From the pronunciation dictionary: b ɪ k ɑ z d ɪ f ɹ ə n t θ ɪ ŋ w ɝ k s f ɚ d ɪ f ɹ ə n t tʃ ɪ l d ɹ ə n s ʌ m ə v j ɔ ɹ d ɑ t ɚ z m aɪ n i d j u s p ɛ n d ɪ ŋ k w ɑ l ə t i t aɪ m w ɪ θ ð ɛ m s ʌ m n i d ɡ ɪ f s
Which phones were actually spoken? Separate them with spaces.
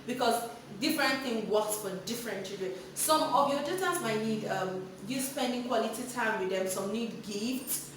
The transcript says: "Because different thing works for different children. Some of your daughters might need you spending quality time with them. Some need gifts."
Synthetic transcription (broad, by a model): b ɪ k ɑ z d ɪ f ɹ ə n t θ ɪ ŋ w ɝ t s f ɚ d ɪ f ɹ ə n t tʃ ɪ d ə s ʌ m ə v j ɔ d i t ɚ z m aɪ n i d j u s p ɛ n d ɪ ŋ k w ɑ l ə t i t aɪ m w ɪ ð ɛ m s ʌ m n i d ɡ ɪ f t